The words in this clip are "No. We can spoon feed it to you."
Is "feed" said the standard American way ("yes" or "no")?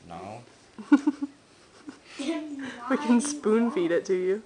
yes